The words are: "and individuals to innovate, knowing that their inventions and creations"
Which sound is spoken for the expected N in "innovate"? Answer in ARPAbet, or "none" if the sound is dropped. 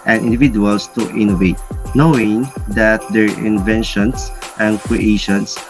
N